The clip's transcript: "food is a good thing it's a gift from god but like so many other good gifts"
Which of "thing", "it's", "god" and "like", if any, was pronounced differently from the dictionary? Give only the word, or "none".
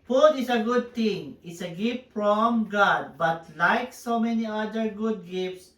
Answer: thing